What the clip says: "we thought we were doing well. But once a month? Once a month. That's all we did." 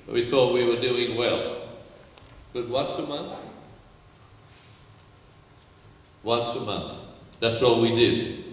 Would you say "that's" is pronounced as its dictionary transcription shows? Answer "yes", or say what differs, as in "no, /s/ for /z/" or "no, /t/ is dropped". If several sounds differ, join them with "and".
yes